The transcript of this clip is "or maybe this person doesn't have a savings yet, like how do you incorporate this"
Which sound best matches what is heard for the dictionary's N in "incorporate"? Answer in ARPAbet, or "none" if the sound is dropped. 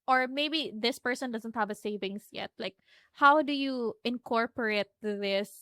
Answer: N